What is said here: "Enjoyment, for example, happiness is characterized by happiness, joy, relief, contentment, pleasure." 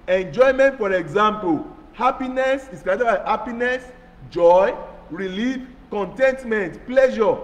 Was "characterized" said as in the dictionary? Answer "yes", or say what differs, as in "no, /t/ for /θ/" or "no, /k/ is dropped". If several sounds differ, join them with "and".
no, /ɹ/ is dropped and /k/ is dropped